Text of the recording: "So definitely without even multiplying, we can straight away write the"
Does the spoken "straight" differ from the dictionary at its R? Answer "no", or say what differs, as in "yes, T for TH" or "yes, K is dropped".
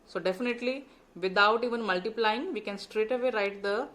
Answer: no